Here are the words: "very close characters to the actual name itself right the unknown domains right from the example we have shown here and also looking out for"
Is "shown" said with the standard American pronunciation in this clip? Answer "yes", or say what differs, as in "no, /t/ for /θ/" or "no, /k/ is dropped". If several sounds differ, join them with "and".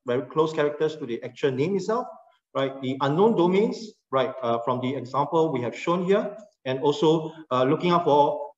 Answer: yes